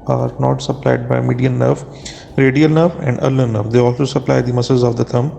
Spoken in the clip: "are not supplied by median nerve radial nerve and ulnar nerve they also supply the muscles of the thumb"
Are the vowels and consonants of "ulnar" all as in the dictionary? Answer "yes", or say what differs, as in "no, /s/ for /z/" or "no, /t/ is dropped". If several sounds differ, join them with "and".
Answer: no, /n/ is dropped